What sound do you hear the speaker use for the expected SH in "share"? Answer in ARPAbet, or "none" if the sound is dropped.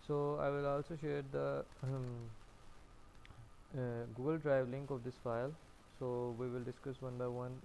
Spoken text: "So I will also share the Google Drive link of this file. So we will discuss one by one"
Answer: SH